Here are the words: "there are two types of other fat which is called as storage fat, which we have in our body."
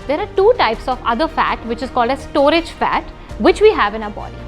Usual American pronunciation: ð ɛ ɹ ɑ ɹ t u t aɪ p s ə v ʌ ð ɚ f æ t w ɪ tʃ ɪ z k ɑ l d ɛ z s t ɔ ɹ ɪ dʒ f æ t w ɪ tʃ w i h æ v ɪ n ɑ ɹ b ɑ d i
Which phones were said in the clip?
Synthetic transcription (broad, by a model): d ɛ ɹ ɑ ɹ t u t aɪ p s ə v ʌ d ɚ f æ t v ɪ tʃ ɪ z k ɑ l d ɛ s t ɔ ɹ ɪ dʒ f æ t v ɪ tʃ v i h æ v ɪ n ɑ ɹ b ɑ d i